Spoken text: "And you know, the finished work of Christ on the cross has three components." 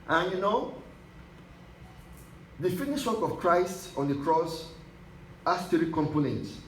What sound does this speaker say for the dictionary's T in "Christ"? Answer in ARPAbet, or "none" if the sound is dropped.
T